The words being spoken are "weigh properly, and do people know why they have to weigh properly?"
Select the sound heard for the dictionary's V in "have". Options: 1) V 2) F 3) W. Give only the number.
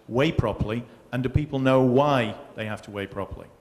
2